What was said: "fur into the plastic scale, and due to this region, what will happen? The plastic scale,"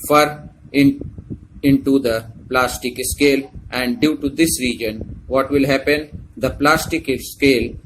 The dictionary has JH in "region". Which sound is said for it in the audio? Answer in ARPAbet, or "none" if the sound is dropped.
JH